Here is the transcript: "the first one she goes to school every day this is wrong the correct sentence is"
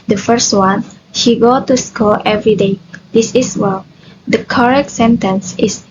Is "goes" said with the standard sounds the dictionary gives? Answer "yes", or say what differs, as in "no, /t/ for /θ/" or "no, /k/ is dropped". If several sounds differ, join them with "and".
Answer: no, /z/ is dropped